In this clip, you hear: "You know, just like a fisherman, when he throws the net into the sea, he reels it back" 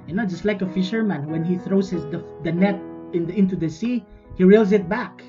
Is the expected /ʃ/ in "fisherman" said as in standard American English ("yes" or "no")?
yes